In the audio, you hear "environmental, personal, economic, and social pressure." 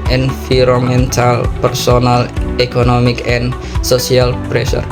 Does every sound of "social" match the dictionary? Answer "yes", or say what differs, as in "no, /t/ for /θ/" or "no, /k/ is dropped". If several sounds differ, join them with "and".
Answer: no, /s/ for /ʃ/